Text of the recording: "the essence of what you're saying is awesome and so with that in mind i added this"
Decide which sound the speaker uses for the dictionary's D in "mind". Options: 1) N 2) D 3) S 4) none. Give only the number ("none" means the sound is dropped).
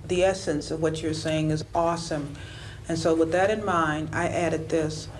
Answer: 4